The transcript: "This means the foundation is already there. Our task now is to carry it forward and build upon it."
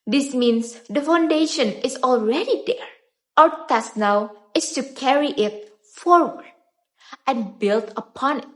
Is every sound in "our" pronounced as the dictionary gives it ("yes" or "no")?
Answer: no